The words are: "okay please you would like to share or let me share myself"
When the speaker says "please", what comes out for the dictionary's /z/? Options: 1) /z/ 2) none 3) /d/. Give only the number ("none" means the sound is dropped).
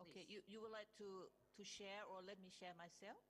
2